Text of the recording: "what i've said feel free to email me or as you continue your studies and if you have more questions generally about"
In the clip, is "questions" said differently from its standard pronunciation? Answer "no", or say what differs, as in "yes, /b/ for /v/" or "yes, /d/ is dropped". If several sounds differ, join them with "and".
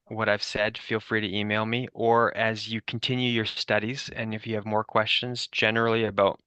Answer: no